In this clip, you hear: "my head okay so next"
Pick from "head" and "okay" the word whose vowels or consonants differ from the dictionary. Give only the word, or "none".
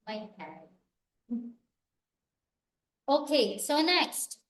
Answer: head